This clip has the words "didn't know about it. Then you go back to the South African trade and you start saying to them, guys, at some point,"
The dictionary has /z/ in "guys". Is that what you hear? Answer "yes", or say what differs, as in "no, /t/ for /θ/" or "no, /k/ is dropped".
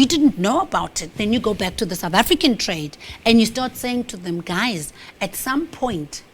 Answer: yes